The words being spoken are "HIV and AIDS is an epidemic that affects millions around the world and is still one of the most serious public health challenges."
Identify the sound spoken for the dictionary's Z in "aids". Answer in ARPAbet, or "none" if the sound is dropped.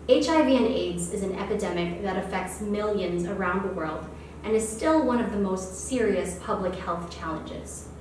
Z